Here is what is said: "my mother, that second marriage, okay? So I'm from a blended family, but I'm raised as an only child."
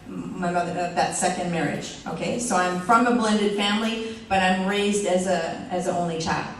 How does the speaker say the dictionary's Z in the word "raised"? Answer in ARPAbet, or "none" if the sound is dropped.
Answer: Z